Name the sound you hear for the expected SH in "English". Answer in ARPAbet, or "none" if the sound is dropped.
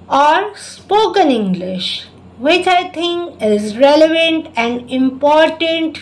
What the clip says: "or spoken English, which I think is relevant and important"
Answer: SH